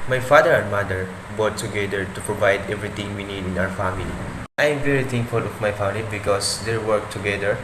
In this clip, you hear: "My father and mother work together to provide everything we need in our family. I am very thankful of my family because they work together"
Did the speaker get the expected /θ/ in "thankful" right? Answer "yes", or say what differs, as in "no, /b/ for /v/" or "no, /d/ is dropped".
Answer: no, /t/ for /θ/